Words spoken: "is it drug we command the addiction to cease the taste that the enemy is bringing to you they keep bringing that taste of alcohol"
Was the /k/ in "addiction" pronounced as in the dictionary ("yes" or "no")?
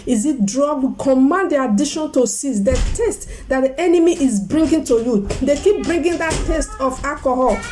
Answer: no